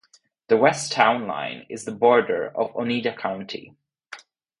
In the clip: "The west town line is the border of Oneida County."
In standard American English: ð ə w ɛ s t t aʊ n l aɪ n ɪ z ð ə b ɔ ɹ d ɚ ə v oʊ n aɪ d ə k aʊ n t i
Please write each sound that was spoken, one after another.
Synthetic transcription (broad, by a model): ð ə w ɛ s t t aʊ n l aɪ n ɪ z ð ə b ɔ ɹ d ɚ ə v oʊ n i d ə k aʊ n t i